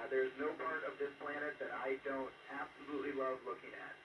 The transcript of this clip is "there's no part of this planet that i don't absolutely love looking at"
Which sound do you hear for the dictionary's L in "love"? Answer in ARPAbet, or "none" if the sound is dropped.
W